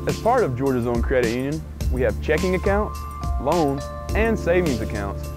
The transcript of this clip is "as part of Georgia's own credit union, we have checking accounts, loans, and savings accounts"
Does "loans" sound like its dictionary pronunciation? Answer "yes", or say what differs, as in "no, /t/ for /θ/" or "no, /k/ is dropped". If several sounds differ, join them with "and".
no, /z/ is dropped